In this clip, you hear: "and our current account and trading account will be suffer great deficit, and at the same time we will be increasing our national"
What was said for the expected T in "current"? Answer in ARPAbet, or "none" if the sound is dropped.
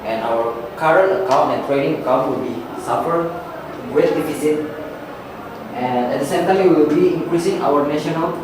none